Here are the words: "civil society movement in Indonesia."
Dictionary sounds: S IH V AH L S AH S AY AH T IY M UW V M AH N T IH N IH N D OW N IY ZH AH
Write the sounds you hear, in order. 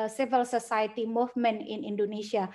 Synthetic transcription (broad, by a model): S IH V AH L S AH S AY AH T IY M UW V M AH N IH N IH N D OW N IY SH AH